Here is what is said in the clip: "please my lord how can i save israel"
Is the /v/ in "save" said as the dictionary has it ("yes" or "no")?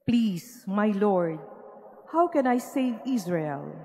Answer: no